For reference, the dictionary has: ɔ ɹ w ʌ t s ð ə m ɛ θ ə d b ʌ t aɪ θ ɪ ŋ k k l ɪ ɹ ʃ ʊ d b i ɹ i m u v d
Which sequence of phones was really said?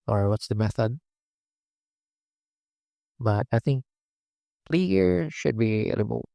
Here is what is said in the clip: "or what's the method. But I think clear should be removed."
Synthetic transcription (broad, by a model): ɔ ɹ w ʌ t s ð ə m ɛ θ ə d b ʌ t aɪ θ ɪ ŋ k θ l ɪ ɹ ʃ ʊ d b i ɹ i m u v